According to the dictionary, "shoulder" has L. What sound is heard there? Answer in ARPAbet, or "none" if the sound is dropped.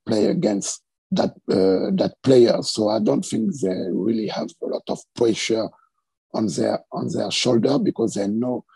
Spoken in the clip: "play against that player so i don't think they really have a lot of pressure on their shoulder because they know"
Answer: L